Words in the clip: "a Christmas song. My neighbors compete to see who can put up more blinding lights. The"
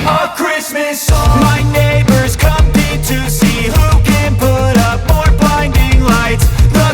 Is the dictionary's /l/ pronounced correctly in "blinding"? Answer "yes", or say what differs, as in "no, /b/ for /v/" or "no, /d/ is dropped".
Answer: no, /l/ is dropped